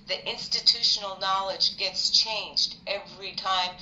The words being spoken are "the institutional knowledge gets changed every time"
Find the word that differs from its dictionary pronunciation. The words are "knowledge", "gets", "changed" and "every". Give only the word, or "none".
none